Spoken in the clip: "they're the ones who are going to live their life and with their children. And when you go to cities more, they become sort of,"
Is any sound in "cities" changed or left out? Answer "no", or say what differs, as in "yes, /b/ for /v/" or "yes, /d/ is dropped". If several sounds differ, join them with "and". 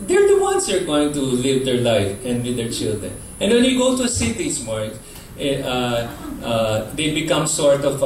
yes, /s/ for /z/